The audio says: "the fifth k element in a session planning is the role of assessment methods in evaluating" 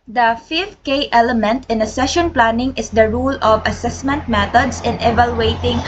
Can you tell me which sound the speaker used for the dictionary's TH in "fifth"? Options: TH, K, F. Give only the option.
F